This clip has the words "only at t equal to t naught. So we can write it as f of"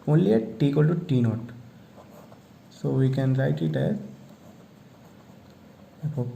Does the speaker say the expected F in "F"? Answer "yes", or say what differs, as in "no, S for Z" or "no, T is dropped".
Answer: no, P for F